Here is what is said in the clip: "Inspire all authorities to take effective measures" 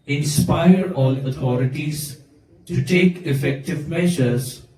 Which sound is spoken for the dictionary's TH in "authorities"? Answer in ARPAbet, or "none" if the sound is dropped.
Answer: T